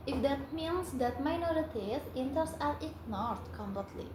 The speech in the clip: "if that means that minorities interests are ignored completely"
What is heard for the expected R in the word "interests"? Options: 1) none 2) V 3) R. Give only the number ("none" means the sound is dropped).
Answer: 1